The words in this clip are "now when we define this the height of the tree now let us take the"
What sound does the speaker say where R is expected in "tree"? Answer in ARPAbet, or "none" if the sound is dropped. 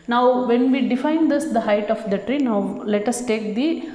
R